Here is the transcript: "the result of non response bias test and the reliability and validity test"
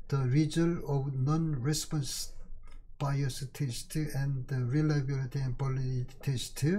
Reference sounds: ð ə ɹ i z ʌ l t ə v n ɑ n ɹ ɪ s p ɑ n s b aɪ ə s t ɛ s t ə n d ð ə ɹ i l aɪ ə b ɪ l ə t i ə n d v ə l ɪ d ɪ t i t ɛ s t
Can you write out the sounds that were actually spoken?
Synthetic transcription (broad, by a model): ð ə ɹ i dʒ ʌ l ə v n ɑ n ɹ ɪ s p ɑ n s b aɪ ə s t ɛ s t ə n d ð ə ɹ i l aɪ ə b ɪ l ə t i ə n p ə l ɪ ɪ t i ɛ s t